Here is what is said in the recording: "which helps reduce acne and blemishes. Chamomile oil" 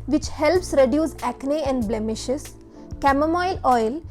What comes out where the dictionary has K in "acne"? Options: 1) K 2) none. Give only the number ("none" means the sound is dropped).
1